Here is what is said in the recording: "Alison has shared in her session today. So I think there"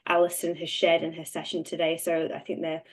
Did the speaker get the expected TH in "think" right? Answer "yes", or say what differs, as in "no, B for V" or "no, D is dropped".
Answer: yes